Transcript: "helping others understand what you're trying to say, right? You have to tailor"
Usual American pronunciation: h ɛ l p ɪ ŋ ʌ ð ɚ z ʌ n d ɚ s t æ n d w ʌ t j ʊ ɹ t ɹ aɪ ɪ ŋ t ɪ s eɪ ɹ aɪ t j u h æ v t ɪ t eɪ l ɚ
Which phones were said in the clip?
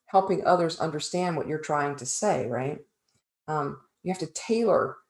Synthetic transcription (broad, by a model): h ɛ l p ɪ ŋ ʌ ð ɚ z ʌ n d ɚ s t æ n d w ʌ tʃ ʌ ɹ t ɹ aɪ ɪ ŋ t ɪ s eɪ ɹ aɪ t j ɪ h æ f t ɪ t eɪ l ɚ